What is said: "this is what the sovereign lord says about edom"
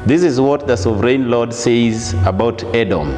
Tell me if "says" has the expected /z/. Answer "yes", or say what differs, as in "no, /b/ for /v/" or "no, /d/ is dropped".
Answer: yes